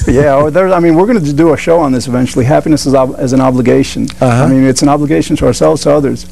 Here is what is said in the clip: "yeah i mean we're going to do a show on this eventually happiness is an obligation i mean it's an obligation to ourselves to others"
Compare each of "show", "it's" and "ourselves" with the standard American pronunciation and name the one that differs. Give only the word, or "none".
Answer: none